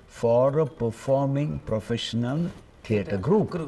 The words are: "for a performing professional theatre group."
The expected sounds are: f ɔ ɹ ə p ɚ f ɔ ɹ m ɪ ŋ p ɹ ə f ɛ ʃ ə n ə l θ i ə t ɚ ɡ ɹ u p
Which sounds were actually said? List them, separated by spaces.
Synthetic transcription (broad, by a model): f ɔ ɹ ə p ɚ f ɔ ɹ m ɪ ŋ p ɹ ə f ɛ ʃ ə n ə l t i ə t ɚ ɡ ɹ u p